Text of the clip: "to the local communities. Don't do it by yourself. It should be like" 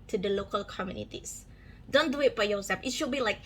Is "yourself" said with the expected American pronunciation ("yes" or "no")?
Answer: no